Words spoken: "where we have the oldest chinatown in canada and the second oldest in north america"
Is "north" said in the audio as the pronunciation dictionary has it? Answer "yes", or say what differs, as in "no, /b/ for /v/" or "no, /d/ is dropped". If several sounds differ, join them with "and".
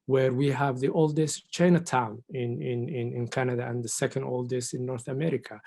yes